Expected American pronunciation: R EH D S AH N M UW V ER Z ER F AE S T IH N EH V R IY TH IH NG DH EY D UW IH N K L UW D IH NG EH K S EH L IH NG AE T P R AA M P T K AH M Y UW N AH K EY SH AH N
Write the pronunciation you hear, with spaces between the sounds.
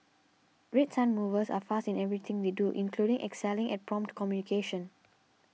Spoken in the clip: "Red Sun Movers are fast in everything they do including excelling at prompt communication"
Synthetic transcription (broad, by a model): R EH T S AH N M UW V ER S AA F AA S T IH N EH V R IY T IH NG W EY D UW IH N K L UW D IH NG EH K S EH L IH NG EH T P R AA M P T K AH M Y UW N AH K EY SH AH N